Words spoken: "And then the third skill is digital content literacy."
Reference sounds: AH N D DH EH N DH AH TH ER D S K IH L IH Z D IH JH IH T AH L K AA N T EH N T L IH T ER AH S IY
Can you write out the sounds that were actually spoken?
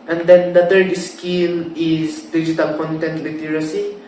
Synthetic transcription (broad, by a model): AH N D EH N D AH T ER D S K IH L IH S D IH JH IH T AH L K AA N T EH N T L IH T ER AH S IY